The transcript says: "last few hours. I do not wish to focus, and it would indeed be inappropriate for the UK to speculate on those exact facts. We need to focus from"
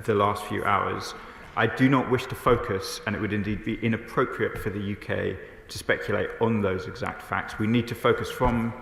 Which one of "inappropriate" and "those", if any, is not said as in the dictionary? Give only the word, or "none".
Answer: none